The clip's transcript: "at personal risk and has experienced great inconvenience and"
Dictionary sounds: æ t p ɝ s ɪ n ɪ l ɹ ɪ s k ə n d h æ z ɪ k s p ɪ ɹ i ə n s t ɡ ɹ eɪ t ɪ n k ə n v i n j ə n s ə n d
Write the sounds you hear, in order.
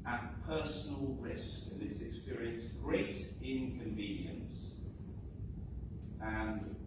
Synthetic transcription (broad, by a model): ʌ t p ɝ s n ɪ l ɹ ɪ s k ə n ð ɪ s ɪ k s p ɪ ɹ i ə n s ɡ ɹ eɪ t ɪ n k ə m v i n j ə n s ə n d